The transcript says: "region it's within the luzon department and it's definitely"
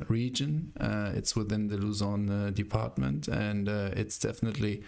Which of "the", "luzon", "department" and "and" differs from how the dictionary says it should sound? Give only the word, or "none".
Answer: none